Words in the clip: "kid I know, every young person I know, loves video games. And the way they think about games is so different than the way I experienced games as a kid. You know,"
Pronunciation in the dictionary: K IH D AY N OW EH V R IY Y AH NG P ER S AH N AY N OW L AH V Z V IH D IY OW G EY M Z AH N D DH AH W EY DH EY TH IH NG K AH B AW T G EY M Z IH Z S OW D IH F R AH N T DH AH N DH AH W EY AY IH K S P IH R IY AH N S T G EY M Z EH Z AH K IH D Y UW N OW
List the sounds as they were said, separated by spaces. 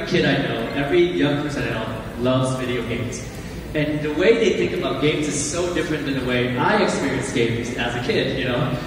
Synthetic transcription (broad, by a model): K IH D AY N OW EH V R IY Y AH NG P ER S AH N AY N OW L AH V Z V IH D IY OW G EY M Z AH N DH AH W EY DH EY TH IH NG K AH B AW T G EY M Z IH Z S OW D IH F R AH N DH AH N DH AH W EY AY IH K S P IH R IY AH N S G EY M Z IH Z AH K IH D Y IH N OW